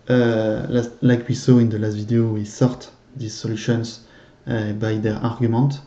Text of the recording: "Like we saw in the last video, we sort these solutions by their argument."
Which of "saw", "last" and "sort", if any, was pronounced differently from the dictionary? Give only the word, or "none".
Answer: none